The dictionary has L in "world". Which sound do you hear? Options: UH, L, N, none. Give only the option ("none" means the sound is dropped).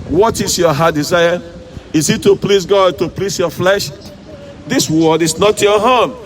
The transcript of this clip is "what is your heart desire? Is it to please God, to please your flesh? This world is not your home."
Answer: none